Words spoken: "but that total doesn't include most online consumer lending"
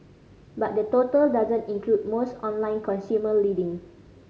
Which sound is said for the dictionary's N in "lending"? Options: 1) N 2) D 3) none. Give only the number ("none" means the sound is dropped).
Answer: 3